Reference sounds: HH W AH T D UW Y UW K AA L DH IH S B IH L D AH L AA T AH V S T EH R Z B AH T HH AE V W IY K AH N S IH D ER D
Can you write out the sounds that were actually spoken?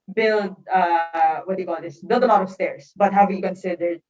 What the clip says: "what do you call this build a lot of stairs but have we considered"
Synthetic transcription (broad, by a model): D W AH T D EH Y K AA L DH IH S B IH L D AH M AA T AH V S T EH R S B AH T HH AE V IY K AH N S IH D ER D